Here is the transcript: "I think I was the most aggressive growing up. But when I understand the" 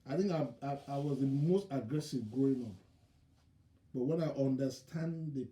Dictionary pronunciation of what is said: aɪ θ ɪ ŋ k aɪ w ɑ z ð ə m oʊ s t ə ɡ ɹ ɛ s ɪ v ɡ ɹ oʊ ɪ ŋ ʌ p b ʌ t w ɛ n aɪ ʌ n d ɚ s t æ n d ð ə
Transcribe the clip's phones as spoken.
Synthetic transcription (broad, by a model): aɪ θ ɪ ŋ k aɪ w ɑ z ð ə m oʊ s t ə ɡ ɹ ɛ s ɪ v ɡ oʊ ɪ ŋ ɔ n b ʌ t w ɛ n aɪ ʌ n d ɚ s t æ n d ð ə